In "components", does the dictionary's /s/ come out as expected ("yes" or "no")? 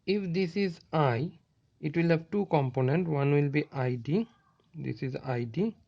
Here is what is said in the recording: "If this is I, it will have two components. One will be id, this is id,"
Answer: no